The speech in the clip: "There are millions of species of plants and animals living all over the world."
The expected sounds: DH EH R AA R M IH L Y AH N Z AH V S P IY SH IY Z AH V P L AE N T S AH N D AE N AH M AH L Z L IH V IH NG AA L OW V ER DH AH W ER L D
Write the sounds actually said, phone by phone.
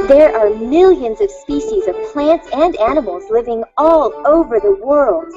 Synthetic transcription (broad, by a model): DH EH R AA R M IH L Y AH N Z AH V S P IY SH IY Z AH V P L AE N T S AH N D AE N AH M L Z L IH V IH NG AA L OW V ER DH AH W ER L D